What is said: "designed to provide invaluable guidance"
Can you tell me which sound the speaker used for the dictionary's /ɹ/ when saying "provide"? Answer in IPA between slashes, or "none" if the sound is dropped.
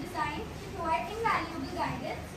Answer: none